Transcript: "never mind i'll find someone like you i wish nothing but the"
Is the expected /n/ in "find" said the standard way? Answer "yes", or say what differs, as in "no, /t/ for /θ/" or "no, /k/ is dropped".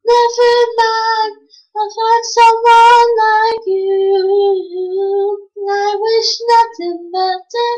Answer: no, /n/ is dropped